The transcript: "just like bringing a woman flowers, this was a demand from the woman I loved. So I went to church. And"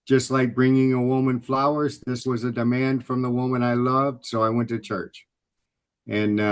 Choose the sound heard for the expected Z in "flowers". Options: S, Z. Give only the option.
Z